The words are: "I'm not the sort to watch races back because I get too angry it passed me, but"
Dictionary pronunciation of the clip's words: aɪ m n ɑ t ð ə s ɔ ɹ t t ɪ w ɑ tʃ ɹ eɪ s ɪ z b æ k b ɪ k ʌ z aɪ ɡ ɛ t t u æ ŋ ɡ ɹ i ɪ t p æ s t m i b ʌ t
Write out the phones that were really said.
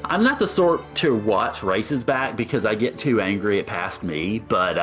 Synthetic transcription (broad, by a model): aɪ m n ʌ t ð ə s ɔ ɹ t t ɪ w ɑ tʃ ɹ eɪ s ɪ z b æ k b ɪ k ʌ z aɪ ɡ ɛ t t u æ ŋ ɡ ɹ i ɪ t p æ s t m i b ʌ t